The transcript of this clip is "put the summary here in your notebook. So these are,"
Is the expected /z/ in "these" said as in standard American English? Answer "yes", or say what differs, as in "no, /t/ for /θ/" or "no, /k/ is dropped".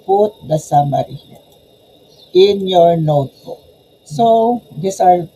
no, /s/ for /z/